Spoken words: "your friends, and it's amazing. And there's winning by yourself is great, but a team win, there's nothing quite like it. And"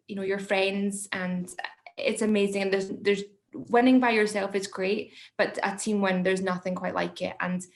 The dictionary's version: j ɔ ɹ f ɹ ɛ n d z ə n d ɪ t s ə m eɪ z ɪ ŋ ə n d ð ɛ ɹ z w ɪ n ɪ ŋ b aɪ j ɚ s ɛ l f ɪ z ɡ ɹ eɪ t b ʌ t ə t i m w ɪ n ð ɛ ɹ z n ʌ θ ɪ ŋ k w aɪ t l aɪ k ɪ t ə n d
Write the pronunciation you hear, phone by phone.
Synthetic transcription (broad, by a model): j ɔ ɹ f ɹ ɛ n d z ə n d ɪ t s ə m eɪ z ɪ ŋ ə n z ð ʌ ɹ z w ɪ n ɪ ŋ b aɪ j ɚ s ɛ l f ɪ z ɡ ɹ eɪ t b ʌ t ə t i m w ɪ n ð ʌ ɹ z n ʌ θ ɪ ŋ k w aɪ t l aɪ k ɪ t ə n